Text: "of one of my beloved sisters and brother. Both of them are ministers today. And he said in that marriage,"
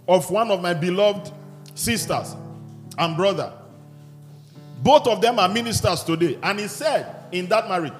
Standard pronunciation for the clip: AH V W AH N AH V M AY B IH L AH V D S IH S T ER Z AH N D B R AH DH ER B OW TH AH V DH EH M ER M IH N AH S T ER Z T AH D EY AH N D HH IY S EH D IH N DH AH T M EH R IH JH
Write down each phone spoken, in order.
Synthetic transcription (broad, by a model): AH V W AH N AH V M AY B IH L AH V D S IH S T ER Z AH N B R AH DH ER B OW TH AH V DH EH M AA M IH N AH S T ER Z T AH D EY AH N HH IY S EH D IH N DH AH T M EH R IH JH